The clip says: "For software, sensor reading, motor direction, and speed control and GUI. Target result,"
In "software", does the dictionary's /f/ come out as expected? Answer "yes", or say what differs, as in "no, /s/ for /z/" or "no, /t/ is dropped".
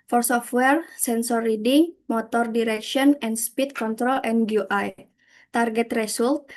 yes